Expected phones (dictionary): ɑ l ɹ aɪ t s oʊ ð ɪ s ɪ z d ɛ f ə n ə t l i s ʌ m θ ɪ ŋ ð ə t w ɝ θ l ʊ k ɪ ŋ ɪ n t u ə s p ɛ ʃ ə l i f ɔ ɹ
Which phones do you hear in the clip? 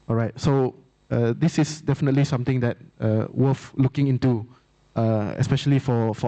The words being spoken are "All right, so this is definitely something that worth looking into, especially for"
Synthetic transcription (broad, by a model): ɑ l ɹ aɪ t s oʊ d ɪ s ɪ s d ɛ f ə n ə t l i s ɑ m t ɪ ŋ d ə t w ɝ f l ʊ k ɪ ŋ ɪ n t u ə s p ɛ ʃ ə l i f ɔ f